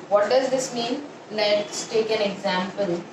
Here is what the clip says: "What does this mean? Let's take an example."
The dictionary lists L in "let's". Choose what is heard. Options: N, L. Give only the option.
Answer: N